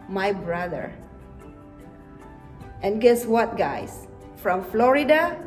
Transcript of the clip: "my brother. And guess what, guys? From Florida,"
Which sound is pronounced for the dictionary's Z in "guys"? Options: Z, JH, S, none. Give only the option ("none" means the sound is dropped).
S